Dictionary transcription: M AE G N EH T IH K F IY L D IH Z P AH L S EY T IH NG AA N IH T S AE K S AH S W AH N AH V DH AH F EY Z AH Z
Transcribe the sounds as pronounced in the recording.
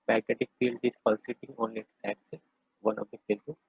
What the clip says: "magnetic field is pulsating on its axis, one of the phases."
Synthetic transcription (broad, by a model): M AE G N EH T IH K F IY L D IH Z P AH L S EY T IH NG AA N IH T S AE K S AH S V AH N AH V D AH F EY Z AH